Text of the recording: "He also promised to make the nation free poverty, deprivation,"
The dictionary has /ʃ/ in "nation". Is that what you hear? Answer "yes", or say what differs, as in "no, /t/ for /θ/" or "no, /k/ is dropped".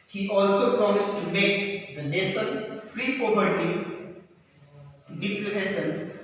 no, /s/ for /ʃ/